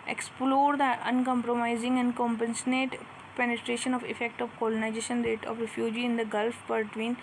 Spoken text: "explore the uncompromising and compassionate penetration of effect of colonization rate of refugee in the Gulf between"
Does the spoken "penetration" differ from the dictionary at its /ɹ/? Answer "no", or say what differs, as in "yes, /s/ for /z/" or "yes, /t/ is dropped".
no